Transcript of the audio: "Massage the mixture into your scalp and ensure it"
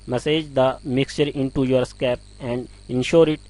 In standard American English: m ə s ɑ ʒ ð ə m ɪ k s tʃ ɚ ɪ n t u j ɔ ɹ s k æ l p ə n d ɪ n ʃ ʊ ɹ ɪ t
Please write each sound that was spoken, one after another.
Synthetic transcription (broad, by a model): m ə s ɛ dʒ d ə m ɪ k s tʃ ɚ ɪ n t u j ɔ ɹ s k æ p ə n d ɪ n ʃ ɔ ɹ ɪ t